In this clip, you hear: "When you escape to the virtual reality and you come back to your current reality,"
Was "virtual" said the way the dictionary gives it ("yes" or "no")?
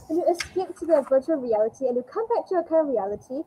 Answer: yes